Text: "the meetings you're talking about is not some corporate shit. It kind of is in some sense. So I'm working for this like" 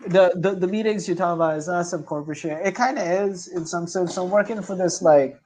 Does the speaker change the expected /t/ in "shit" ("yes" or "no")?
yes